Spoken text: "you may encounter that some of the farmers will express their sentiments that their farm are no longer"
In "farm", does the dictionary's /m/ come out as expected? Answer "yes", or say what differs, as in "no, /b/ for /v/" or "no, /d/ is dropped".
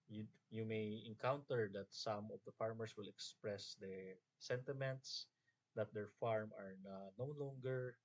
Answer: yes